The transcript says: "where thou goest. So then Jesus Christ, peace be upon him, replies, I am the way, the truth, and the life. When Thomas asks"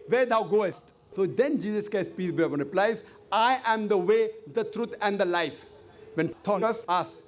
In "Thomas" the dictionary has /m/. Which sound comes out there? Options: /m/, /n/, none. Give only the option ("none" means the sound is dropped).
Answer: none